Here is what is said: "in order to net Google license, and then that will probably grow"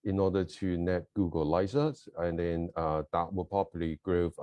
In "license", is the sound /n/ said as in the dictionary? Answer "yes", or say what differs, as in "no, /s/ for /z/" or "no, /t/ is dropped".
no, /n/ is dropped